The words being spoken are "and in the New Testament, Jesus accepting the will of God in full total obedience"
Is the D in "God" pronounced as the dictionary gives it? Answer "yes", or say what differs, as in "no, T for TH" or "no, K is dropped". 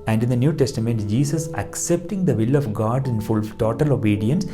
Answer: yes